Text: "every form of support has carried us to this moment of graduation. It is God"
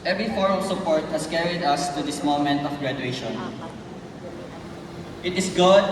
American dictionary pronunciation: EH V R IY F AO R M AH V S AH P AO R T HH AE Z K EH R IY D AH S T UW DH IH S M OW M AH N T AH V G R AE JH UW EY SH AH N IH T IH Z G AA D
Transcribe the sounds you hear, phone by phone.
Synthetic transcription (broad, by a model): EH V R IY F AO R AH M S AH P AO R T HH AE S K EH R IY D AH S T UW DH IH S M OW M AH N T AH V G R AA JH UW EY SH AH N IH T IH S G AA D